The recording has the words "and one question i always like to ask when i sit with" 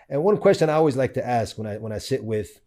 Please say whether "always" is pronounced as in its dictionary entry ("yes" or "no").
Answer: yes